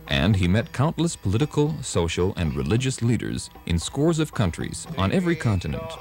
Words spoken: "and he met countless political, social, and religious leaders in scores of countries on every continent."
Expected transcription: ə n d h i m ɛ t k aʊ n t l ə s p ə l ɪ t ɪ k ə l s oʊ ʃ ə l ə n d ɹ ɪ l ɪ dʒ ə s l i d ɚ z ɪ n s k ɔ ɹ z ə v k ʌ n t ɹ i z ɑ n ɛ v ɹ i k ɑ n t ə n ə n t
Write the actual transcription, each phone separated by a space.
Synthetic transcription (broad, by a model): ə n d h i m ɛ t k aʊ n t l ə s p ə l ɪ t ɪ k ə l s oʊ ʃ l ə n d ɹ ɪ l ɪ dʒ ə s l i d ɚ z ɪ n s k ɔ ɹ z ə v k ʌ n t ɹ i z n ɛ v ɹ i k ɑ n t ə n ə n t